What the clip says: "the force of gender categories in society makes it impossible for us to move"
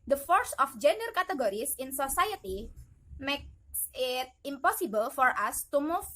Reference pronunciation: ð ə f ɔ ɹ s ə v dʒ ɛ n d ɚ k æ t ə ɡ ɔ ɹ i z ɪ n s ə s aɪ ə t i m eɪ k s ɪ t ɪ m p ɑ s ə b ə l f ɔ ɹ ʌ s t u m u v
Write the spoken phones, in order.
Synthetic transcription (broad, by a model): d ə f ɔ ɹ s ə f dʒ ɛ n d ɚ k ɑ t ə ɡ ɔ ɹ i s ɪ n s ə s aɪ ə t i m eɪ k s ɪ t ɪ m p ɑ s ə b ə l f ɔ ɹ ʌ s t u m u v